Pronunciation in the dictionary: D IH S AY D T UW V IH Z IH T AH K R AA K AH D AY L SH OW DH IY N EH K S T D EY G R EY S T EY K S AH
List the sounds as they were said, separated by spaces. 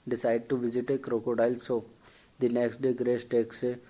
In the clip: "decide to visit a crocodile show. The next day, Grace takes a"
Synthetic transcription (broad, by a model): D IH S AY D T UW V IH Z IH T AH K R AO K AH D AY L S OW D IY N EH K S T D EY G R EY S T EY K S